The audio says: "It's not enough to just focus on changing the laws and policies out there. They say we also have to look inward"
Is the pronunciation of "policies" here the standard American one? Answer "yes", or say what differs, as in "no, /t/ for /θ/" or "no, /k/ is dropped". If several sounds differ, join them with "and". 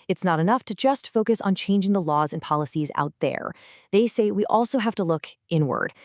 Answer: yes